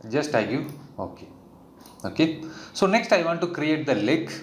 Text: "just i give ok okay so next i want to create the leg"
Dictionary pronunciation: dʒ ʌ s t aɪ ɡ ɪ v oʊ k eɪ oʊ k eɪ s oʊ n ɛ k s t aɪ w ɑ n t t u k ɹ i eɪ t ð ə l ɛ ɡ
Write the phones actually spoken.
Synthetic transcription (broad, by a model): dʒ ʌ s t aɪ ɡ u oʊ k eɪ oʊ k eɪ s oʊ n ɛ k s t aɪ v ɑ n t t u k ɹ i eɪ t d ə l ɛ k